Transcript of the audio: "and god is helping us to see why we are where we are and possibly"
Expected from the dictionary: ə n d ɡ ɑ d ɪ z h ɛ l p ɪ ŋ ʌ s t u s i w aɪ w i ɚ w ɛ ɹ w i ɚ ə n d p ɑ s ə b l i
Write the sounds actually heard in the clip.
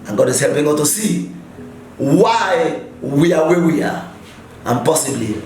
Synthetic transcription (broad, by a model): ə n ɡ ɑ d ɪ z h ɛ l p ɪ ŋ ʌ t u s i w aɪ w i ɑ w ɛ w i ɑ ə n p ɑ s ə b l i